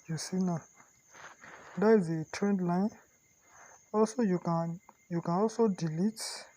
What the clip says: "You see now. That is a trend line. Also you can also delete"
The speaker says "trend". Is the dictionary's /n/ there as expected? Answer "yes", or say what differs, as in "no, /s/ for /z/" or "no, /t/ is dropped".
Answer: yes